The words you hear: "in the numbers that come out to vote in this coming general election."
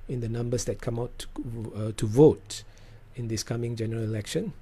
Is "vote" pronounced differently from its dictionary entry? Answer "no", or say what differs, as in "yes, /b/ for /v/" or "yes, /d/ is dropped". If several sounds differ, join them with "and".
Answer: no